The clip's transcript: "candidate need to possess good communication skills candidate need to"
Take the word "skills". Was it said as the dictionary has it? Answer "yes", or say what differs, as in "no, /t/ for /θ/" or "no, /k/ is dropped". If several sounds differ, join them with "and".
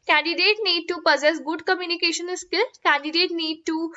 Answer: no, /z/ is dropped